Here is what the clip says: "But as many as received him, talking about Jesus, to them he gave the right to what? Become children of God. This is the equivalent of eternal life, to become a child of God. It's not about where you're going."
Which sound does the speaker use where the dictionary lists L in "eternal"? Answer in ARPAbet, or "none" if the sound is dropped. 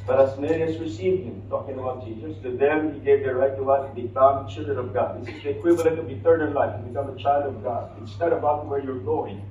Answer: N